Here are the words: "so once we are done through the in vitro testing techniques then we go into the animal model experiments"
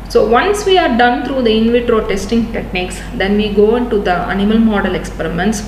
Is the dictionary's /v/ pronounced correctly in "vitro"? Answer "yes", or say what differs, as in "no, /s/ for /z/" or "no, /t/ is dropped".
yes